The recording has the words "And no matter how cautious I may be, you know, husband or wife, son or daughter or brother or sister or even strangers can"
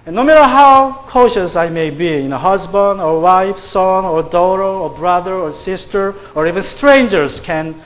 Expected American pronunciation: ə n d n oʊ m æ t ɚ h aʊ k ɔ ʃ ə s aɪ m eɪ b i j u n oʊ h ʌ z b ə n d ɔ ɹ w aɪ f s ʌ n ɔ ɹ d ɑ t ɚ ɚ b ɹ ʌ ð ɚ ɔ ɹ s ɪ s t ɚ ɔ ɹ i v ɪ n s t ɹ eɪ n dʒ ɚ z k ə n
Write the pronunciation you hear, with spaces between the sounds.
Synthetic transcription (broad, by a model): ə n n oʊ m æ t ɚ h aʊ k ɔ ʃ ə s aɪ m eɪ b i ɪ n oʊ h ʌ z b ə n d ɔ ɹ w aɪ f s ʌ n ɔ ɹ d ɑ t ɚ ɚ b ɹ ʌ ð ɚ ɔ ɹ s ɪ s t ɚ ɔ ɹ i v ɪ n s t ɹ eɪ n dʒ ɚ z k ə n